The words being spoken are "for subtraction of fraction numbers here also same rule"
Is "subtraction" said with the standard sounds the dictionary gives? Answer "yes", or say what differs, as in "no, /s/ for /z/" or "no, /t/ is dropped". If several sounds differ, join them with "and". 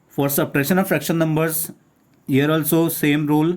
no, /k/ is dropped